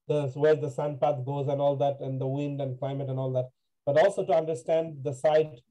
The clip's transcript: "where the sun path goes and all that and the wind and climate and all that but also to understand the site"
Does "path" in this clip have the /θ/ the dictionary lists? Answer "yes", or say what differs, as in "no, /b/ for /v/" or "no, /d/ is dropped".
no, /t/ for /θ/